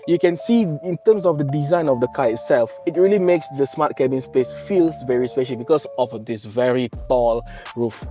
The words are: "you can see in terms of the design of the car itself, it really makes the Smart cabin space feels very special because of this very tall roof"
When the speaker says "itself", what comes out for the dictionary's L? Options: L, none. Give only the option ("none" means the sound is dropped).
L